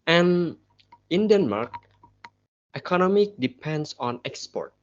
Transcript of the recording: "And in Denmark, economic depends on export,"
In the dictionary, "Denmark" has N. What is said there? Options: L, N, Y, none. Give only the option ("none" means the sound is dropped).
N